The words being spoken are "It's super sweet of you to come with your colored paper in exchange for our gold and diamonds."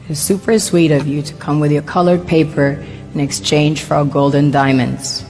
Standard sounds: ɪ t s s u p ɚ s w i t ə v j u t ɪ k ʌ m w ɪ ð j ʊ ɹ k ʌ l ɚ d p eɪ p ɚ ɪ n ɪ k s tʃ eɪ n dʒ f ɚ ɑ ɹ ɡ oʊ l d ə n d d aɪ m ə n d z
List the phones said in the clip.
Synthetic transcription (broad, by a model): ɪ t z s u p ɚ s w i t ə v j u t ɪ k ʌ m w ɪ ð j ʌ ɹ k ʌ l ɚ d p eɪ p ɚ ɪ n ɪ k s tʃ eɪ n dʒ f ɚ ɑ ɹ ɡ oʊ l d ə n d d aɪ m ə n d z